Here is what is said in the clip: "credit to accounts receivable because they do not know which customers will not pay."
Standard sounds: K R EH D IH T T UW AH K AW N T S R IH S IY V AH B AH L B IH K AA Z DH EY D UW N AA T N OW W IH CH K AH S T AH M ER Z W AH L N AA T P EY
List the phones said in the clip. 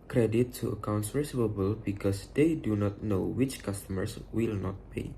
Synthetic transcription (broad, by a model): K R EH D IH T T UW AH K AW N T S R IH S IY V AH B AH L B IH K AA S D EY D UW N AA T N OW W IH CH K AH S T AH M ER S W AH L N AA T P EY